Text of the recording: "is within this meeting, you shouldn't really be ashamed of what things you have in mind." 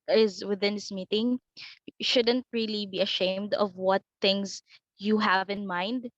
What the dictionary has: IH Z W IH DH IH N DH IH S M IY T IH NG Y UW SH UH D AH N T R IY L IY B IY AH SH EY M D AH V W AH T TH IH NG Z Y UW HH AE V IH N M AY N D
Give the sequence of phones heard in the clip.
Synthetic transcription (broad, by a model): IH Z W IH DH IH N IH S M IY T IH NG SH UH D AH N T R IY L IY B IY AH SH EY M D AH V W AH T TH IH NG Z Y UW HH AE V IH N M AY N D